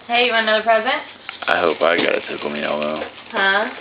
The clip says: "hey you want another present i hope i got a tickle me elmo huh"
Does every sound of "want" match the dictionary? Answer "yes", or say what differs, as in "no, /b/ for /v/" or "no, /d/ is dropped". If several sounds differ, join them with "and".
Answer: no, /t/ is dropped